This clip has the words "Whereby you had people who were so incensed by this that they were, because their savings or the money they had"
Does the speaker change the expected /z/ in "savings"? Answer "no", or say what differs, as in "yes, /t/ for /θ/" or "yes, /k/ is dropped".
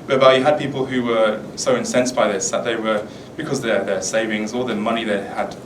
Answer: no